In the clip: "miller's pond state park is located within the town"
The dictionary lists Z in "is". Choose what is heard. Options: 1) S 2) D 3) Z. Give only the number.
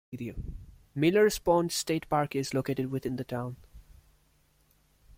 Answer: 3